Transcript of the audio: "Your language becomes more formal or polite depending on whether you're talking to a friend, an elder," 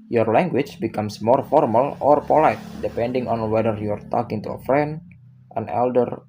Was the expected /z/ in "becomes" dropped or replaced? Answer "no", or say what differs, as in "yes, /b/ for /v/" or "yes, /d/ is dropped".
yes, /s/ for /z/